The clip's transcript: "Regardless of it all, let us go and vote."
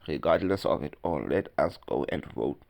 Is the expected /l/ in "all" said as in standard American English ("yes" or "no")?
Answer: no